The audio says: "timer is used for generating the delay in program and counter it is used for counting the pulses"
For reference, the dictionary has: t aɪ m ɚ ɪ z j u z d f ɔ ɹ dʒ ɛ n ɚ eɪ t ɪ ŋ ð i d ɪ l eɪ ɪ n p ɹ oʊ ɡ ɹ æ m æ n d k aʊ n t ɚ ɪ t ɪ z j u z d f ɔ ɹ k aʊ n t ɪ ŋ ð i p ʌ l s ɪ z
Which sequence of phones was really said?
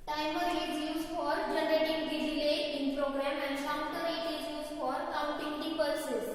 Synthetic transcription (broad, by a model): t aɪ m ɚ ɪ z j u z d f ɔ ɹ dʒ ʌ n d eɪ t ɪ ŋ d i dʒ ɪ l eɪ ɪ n p ɹ oʊ ɡ ɹ æ m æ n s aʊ t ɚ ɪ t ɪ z j u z f ɔ ɹ k aʊ n t ɪ ŋ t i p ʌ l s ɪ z